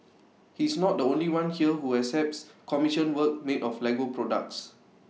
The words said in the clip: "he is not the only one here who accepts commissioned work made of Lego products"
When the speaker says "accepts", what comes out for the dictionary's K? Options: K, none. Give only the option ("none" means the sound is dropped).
none